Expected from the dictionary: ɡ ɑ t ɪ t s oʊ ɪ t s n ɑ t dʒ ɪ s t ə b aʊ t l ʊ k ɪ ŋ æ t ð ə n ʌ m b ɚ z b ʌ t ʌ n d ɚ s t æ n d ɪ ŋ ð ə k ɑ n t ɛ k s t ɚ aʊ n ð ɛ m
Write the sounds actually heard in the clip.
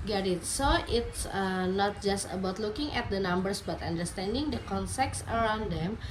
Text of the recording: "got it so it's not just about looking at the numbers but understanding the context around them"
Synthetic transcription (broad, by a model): ɡ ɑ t ɪ t s oʊ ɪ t s n ɑ t dʒ ɪ s t ə b aʊ t l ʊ k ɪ ŋ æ t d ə n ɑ m b ɚ s b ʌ t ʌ n d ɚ s t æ n d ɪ ŋ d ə k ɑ n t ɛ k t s ɚ aʊ n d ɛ m